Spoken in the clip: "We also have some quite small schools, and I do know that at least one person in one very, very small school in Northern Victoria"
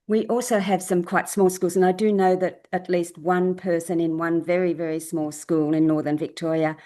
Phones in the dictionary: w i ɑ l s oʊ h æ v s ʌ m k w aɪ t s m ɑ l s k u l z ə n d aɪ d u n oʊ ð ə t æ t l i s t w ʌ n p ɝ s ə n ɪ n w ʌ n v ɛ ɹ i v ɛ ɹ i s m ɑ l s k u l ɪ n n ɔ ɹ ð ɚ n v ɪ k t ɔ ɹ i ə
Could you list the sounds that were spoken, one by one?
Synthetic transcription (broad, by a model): w i ɑ l s oʊ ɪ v s ʌ m k w aɪ t s m ɑ l s k u l z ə n aɪ d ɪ n oʊ ð ə t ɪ t l i s t w ʌ n p ɝ s ə n ɪ n w ʌ n v ɛ ɹ i v ɛ ɹ i s m ɑ l s k u l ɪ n n ɔ ɹ ð ɚ n v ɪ k t ɔ ɹ i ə